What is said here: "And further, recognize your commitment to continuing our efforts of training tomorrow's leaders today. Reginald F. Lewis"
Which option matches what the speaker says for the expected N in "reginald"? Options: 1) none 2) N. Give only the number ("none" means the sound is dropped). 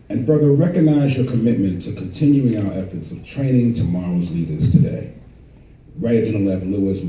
1